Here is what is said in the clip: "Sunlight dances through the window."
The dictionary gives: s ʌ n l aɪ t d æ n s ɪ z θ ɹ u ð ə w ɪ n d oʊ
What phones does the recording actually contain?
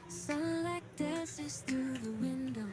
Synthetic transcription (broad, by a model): s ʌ l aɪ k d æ s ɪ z θ ɹ u ð ə w ɪ n d oʊ